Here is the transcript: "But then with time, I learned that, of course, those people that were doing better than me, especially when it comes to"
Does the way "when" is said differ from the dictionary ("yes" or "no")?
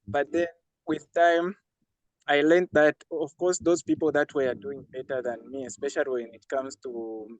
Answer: no